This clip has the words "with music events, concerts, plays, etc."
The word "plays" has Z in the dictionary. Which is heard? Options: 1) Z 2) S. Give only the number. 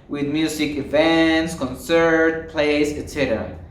2